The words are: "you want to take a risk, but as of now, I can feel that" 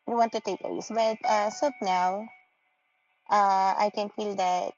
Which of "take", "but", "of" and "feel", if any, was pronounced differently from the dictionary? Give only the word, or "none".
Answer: of